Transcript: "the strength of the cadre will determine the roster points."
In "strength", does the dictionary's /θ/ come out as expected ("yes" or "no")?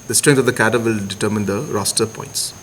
no